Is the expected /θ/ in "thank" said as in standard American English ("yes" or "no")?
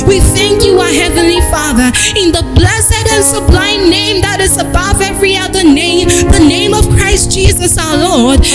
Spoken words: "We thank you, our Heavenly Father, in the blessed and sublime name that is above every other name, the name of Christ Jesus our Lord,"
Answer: yes